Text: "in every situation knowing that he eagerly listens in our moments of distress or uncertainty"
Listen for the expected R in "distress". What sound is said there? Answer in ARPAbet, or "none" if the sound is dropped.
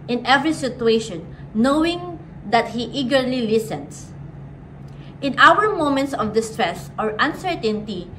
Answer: R